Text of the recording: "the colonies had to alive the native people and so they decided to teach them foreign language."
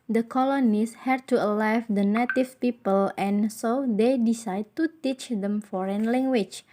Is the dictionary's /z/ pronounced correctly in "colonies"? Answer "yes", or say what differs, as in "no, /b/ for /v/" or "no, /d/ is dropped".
no, /s/ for /z/